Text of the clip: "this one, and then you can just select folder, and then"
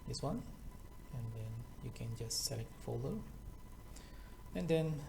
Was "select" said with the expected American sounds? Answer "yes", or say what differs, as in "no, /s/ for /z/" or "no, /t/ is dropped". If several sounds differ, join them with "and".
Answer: no, /k/ is dropped